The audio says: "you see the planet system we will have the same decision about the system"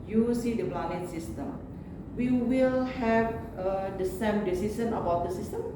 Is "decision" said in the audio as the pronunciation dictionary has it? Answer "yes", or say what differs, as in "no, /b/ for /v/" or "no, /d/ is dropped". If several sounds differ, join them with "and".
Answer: no, /s/ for /ʒ/